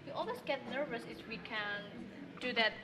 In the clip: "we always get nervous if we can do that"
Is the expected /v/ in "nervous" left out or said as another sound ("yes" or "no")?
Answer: no